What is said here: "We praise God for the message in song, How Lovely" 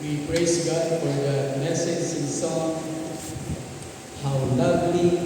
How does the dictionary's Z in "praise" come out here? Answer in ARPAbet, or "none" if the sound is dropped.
S